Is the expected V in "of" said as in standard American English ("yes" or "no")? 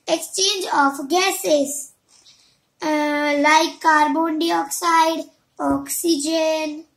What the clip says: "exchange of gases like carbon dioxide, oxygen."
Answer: no